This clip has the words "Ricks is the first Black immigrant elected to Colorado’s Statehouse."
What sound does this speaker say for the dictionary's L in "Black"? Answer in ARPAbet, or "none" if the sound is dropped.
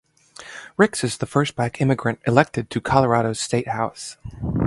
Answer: none